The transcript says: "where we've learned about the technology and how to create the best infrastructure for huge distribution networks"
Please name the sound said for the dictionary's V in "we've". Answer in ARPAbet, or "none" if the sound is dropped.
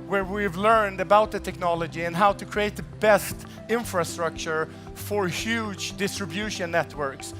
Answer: V